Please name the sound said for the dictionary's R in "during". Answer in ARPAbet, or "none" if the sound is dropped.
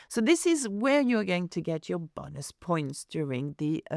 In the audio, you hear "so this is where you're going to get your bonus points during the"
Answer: R